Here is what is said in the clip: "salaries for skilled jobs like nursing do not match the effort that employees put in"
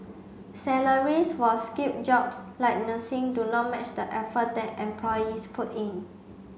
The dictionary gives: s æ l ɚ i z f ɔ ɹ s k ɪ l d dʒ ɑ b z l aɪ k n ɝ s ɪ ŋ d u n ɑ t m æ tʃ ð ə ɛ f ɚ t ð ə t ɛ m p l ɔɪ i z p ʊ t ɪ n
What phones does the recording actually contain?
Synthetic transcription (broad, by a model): s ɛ l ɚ i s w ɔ l s k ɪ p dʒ ɑ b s l aɪ k n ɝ s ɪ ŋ d u n ɑ t m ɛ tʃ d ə ɛ f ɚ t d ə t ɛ m p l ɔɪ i s p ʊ t ɪ n